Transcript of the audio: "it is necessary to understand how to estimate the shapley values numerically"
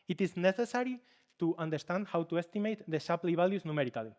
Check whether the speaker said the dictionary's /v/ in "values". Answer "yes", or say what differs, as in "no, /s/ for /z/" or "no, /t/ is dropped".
no, /b/ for /v/